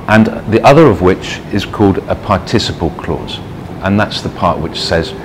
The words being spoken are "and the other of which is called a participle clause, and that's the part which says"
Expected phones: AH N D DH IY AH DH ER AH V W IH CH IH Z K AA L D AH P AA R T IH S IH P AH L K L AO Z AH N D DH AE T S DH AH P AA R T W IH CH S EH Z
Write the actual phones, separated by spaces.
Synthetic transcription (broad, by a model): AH N DH IY AH DH ER AH V W IH CH IH Z K AA L D AH P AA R T IH S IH P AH L K L AO Z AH N DH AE T S DH AH P AA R T W IH CH S EH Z